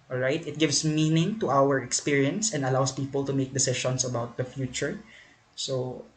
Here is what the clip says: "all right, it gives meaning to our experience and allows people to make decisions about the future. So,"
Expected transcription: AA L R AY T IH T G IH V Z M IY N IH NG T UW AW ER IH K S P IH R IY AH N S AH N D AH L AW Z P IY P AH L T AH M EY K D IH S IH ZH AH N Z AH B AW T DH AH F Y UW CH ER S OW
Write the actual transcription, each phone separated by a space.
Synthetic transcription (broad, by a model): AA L R AY T IH T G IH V S M IY N IH NG T UW AW ER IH K S P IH R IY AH N S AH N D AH L AW S P IY P AH L T AH M EY K D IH S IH SH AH N S AH B AW T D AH F Y UW CH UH S OW